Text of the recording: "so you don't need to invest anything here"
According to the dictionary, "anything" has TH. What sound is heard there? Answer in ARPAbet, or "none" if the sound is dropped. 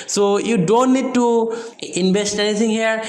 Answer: T